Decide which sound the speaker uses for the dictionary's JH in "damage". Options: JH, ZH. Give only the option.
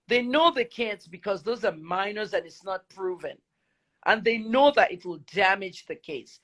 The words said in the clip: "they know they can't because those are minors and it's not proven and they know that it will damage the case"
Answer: JH